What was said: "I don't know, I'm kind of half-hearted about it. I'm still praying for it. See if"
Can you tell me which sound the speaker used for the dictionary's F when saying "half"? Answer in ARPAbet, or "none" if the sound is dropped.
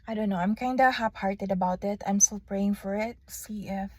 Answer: P